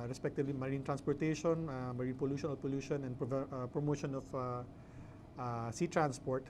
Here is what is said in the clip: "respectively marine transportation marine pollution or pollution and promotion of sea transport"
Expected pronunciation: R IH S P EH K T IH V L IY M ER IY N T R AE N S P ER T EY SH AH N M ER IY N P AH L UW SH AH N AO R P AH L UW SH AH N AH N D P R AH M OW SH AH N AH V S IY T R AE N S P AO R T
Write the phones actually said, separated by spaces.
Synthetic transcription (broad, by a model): R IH S P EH K T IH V L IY M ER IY N T R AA N S P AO T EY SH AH N M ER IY N P AH L UW SH AH N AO L P AH L UW SH AH N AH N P P R AH M OW SH AH N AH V S IY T R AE N S P AO R T